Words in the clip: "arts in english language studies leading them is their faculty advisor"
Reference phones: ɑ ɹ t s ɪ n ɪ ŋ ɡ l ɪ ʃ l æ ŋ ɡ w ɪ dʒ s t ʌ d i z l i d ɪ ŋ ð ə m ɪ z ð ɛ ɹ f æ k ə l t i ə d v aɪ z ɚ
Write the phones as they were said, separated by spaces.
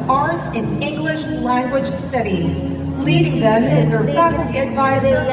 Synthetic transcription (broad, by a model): ɑ ɹ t s ɪ n ɪ ŋ ɡ l ɪ ʃ l æ ŋ ɡ w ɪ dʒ s t ʌ d i z l i d ɪ ŋ ð ə m ɪ z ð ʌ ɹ p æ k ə t i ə d v aɪ z ɚ